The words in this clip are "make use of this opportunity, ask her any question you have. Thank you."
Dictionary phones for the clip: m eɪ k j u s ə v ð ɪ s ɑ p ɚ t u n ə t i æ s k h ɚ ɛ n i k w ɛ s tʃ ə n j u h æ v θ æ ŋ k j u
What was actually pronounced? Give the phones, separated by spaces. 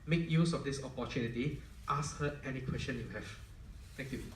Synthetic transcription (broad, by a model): m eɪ k j u s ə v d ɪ s ɑ p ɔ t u n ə t i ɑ s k h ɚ ɛ n i k w ɛ s tʃ ə n j u h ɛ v t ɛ ŋ k j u